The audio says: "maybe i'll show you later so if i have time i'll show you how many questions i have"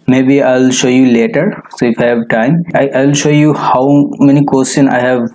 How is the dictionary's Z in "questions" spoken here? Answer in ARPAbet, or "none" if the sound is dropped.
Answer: none